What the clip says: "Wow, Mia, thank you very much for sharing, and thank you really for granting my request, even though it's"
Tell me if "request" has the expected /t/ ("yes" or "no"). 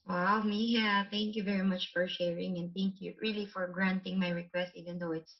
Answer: yes